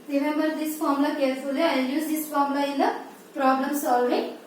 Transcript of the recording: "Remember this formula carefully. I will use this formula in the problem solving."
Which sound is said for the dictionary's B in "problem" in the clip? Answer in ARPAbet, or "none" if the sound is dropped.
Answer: B